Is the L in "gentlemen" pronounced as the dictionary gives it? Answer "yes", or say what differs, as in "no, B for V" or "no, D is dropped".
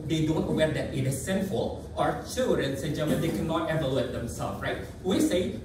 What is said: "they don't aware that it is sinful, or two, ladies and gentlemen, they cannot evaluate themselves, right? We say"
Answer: no, L is dropped